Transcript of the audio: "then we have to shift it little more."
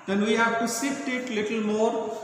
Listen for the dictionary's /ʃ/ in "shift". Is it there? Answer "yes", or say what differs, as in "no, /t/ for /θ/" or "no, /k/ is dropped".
no, /s/ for /ʃ/